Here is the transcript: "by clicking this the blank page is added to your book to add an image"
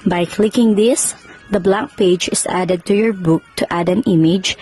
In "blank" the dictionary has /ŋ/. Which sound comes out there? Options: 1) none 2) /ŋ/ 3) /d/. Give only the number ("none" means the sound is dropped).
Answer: 1